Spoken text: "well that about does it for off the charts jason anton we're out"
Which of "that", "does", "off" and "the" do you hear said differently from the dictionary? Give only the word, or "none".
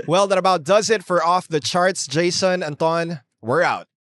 none